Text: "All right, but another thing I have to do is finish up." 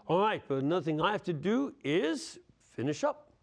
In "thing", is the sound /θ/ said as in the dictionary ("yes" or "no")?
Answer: yes